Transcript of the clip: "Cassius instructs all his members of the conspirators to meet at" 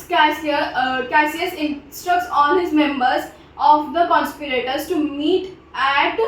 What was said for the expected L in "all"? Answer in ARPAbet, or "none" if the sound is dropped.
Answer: N